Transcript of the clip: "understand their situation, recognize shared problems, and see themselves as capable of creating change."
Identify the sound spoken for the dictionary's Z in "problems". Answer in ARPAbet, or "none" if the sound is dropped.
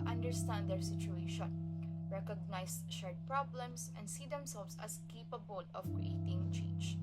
S